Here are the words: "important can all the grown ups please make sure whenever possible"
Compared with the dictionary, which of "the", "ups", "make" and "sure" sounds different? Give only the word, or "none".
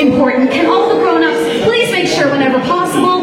ups